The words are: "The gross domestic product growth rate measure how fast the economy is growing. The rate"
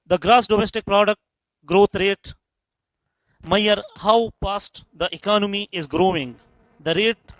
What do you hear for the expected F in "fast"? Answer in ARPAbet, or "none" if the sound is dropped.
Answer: P